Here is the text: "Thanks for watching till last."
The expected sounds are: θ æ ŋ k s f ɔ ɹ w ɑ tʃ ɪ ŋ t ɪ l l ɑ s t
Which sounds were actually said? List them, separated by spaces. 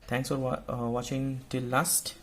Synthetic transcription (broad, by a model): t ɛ ŋ k s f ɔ w w ɑ tʃ ɪ ŋ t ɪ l l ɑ s t